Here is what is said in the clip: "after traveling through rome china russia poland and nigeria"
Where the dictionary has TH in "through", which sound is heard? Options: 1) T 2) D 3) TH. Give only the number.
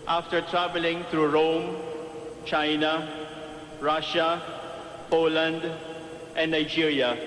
1